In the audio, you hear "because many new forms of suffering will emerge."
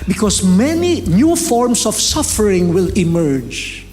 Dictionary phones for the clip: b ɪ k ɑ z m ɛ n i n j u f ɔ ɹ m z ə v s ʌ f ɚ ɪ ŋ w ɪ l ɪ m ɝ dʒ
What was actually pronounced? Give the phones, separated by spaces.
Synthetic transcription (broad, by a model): b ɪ k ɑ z m ɛ n i n j u f ɔ ɹ m s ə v s ʌ f ɚ ɪ ŋ w ɪ l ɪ m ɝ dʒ